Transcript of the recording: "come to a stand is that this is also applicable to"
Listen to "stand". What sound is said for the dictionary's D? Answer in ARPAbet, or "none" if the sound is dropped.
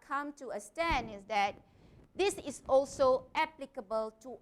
none